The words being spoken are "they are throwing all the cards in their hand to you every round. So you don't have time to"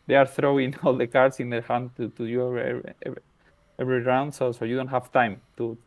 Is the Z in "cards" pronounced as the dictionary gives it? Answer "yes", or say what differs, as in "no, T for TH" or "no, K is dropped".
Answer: no, S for Z